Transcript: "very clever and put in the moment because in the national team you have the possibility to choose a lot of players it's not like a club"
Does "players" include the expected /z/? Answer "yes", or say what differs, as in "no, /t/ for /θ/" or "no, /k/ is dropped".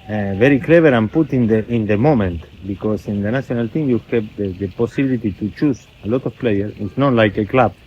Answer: no, /z/ is dropped